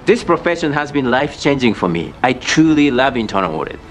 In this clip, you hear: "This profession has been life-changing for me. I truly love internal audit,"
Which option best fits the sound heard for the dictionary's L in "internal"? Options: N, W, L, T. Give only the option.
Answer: W